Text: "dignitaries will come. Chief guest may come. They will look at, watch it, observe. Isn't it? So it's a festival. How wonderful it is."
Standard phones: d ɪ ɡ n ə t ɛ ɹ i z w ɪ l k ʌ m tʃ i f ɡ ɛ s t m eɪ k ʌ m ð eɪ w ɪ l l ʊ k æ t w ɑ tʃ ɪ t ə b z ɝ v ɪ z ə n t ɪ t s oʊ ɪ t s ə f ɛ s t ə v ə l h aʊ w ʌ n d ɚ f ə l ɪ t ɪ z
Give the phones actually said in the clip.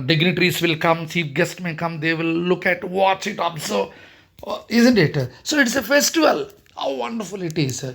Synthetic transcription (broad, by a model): d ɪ ɡ n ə t ɹ i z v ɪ l k ʌ m s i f ɡ ɛ s t m eɪ k ʌ m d eɪ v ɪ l l ʊ k æ t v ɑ tʃ ɪ t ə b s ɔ ɪ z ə n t ɪ t s oʊ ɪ t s ə f ɛ s t ə v ə l h aʊ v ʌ n d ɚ f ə l ɪ t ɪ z